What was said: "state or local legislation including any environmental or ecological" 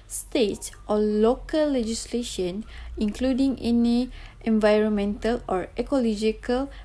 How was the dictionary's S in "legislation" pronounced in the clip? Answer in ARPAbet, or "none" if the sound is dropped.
S